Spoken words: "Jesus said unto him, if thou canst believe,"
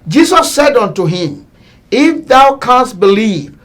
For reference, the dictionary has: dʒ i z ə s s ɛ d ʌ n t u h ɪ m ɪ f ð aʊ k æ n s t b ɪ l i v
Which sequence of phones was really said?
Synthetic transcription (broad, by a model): dʒ i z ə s s ɛ d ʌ n t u h ɪ m ɪ f ð aʊ k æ n s t b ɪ l i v